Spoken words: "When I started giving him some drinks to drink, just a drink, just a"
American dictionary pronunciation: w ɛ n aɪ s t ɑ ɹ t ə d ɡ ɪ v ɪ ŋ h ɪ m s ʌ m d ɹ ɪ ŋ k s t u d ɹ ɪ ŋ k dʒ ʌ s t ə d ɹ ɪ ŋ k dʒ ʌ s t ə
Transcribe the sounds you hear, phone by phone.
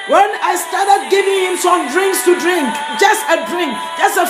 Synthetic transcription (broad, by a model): w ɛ n aɪ s t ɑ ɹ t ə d ɡ ɪ v ɪ ŋ h ɪ m s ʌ m d ɹ ɪ ŋ k s t u d ɹ ɪ ŋ k dʒ ʌ s t ə d ɹ ɪ ŋ k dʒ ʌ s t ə